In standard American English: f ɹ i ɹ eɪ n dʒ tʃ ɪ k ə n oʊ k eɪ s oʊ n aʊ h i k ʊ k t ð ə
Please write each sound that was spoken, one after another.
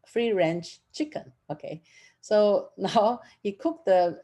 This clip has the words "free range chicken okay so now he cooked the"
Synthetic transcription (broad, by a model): f ɹ i ɹ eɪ n tʃ tʃ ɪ k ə n oʊ k eɪ s oʊ n aʊ h i k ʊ k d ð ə